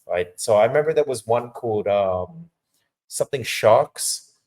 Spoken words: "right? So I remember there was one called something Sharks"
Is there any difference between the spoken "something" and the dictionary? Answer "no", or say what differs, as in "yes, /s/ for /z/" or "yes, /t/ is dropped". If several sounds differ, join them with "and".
no